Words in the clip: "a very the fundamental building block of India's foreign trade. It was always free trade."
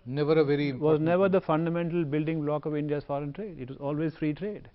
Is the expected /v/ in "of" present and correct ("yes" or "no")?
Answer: yes